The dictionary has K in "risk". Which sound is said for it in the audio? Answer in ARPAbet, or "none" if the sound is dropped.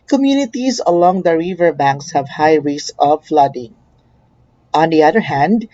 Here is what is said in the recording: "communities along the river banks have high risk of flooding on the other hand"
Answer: none